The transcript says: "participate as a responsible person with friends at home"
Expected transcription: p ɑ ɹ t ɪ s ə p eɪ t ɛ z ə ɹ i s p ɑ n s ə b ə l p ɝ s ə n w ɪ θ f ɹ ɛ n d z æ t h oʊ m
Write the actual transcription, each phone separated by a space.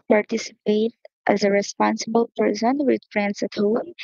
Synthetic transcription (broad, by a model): p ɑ ɹ t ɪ s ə p eɪ t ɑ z ə ɹ i s p ɑ n s ə b ə l p ɝ s ə n w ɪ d f ɹ ɛ n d s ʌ t h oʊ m